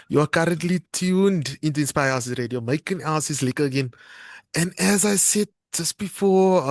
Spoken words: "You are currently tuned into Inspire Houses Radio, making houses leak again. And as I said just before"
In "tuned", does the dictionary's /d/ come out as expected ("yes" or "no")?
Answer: yes